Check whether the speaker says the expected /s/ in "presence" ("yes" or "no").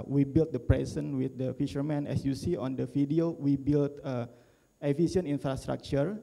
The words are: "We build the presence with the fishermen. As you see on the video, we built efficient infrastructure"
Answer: no